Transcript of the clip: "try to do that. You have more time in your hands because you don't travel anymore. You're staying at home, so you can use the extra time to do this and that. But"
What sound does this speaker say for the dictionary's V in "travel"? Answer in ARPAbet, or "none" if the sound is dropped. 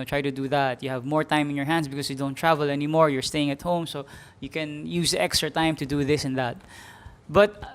V